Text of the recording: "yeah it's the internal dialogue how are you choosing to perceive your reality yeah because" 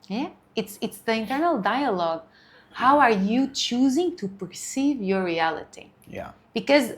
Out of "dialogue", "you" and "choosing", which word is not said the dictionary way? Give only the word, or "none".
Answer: none